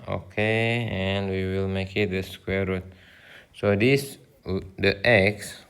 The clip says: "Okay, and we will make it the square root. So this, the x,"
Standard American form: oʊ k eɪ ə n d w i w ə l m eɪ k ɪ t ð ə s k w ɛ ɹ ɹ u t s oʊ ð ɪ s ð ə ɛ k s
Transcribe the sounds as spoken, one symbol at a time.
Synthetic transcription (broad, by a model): oʊ k eɪ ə n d w i w ə l m eɪ k ɪ t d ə s k w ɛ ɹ ɹ u t s oʊ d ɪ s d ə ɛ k s